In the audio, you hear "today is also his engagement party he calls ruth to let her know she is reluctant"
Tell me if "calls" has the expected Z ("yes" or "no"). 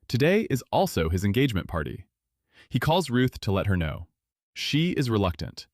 yes